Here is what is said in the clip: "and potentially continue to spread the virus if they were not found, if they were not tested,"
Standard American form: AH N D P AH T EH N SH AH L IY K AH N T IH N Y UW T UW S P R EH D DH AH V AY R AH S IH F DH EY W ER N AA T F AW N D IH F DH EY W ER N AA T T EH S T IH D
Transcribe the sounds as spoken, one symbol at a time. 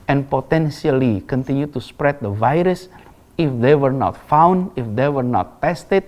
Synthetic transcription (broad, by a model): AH N P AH T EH N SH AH L IY K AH N T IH N Y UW T UW S P R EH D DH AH V AY R AH S IH F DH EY W ER N AA T F AW N D IH F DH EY W ER N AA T T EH S T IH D